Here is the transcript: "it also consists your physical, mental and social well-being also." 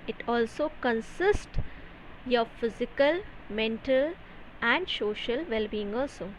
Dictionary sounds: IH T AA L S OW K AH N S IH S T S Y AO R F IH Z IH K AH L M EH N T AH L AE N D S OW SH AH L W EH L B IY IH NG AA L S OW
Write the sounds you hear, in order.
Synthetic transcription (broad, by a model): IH T AA L S OW K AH N S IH S T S Y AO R F IH Z IH K AH L M EH N T AH L AE N D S OW SH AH L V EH L B IY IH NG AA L S OW